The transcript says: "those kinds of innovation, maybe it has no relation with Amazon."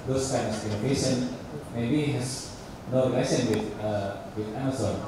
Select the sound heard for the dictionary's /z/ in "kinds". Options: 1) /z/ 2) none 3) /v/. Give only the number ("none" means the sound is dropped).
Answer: 2